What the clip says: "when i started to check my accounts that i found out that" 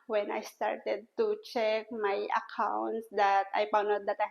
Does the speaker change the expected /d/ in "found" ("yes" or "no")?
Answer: yes